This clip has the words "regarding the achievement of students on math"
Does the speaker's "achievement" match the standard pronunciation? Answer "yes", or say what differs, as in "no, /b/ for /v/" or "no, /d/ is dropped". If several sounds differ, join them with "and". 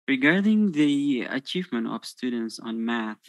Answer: yes